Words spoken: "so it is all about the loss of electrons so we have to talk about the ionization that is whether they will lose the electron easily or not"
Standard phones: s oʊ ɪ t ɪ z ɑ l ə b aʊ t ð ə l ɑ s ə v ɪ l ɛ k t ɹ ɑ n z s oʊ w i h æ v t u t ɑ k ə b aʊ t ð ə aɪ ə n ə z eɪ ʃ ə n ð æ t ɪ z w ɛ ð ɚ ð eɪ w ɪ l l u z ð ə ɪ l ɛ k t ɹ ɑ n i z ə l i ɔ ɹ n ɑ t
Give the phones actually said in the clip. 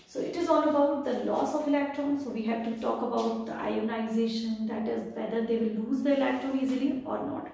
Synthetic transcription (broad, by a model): s oʊ ɪ t ɪ z ɑ l ə b aʊ t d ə l ɑ s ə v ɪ l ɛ k t ɹ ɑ n s oʊ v i h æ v t u t ɑ k ə b aʊ t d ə aɪ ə n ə z eɪ ʃ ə n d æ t ɪ z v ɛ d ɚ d eɪ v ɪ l l u z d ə ɪ l ɛ k t ɹ ɑ n i z ə l i ɔ ɹ n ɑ t